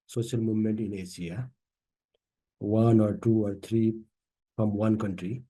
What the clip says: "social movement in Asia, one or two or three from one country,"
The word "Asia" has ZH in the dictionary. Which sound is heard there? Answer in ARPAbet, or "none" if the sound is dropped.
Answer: S